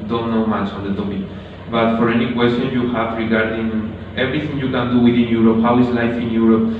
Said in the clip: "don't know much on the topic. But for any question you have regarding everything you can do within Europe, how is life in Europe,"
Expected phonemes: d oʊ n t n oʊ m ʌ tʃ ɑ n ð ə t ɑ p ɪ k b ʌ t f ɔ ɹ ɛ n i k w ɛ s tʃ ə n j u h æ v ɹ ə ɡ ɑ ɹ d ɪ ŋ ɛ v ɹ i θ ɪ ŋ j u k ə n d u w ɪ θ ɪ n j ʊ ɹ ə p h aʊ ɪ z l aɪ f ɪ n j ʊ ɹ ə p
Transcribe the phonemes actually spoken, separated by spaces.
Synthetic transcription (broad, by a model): d oʊ n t n oʊ m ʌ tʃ ɑ n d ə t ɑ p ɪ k b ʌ t f ɔ ɹ ɛ n i k w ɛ s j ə n j u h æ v ɹ ə ɡ ɑ ɹ d ɪ ŋ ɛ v ɹ i t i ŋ j u k ə n d u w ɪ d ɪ n j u ɹ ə p h aʊ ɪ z l aɪ f ɪ n j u ɹ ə p